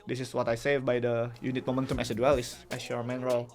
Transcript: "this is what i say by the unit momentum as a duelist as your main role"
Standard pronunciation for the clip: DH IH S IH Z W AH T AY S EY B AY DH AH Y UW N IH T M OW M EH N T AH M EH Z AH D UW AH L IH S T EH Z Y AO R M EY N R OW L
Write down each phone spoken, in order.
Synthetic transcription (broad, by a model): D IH S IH S W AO T AY S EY B AY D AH Y UW N IH T M OW M EH N T AH M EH S AH D UW AH L IH S T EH S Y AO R M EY N R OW L